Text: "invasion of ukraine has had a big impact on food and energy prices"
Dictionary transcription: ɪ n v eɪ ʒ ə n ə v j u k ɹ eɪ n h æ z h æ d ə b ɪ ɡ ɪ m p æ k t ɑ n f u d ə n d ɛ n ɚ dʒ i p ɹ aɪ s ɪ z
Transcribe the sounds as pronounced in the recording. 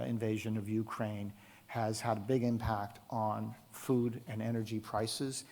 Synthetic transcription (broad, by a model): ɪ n v eɪ ʒ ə n ə v j u k ɹ eɪ n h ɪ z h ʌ d ə b ɪ ɡ ɪ m p æ k t n f u d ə n ɛ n ɚ dʒ i p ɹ aɪ s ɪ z